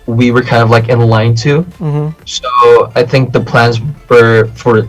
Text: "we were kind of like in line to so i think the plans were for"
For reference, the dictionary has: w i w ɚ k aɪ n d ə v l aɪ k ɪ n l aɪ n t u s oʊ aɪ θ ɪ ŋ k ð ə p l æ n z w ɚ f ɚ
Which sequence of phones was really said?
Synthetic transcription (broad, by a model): w i w ɚ k aɪ n d ə v l aɪ k ɪ n l aɪ n t u s oʊ aɪ θ ɪ ŋ k ð ə p l æ n z w ɚ f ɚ